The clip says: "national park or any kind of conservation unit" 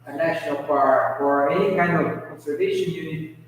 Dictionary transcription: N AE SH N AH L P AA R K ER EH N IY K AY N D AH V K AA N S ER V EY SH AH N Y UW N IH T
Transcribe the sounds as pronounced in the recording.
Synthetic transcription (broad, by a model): N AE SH N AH L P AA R ER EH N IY K AY N D AH V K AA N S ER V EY SH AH N Y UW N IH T